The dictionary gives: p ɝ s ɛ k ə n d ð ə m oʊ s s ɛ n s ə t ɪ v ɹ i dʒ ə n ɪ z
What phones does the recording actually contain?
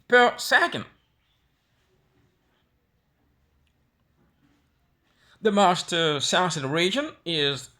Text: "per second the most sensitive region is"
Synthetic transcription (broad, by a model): p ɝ s ɛ k ə n d ð ə m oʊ s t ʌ s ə s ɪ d ɹ i dʒ ə n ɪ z